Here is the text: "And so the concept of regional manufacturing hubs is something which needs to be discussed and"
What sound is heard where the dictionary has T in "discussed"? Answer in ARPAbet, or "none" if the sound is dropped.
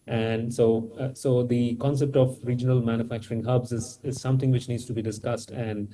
T